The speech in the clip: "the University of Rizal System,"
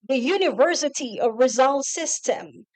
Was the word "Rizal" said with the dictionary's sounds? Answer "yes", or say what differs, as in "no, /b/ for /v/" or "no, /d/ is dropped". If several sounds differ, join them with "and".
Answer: yes